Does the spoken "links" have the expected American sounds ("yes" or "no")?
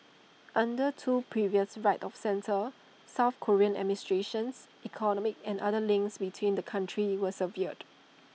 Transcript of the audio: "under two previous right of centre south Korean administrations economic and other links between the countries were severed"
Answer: yes